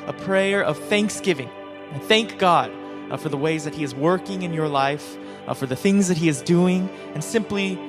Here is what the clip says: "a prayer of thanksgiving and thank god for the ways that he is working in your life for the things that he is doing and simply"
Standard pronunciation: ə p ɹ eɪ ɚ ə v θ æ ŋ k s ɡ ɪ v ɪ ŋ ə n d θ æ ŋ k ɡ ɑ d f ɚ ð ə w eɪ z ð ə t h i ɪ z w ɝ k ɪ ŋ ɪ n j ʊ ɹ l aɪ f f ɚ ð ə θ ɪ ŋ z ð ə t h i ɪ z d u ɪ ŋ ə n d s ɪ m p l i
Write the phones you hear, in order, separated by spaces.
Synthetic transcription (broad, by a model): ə p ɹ eɪ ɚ ə v θ æ ŋ k s ɡ ɪ v ɪ ŋ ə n θ æ ŋ k ɡ ɑ d f ɚ ð ə w eɪ z ð ə t h i ɪ z w ɝ k ɪ ŋ ɪ n j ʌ ɹ l aɪ f f ɚ ð ə θ ɪ ŋ z ð ə t h i ɪ z d u ɪ ŋ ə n s ɪ m p l i